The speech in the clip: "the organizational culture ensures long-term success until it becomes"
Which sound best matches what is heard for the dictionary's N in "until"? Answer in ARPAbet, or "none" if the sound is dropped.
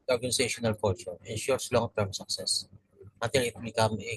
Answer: none